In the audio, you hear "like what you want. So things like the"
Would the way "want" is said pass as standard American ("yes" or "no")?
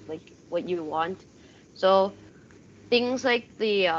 yes